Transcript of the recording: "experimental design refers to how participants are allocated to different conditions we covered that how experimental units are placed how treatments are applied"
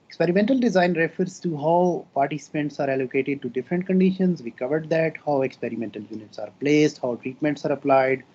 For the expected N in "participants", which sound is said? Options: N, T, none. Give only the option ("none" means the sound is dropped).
N